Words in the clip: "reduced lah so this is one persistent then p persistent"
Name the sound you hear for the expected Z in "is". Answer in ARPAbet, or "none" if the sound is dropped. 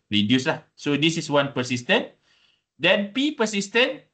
S